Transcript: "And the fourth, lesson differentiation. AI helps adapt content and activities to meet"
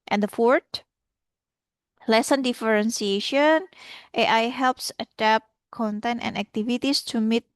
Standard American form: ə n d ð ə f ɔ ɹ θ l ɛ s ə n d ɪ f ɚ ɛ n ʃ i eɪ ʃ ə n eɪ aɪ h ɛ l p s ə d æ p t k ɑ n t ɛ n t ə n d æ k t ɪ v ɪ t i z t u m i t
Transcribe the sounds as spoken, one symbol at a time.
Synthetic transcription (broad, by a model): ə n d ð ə f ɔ ɹ t l ɛ s ə n d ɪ f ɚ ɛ n s i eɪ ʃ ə n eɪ aɪ h ɛ l p s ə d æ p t k ɑ n t ɛ n t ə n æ k t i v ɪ t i s t u m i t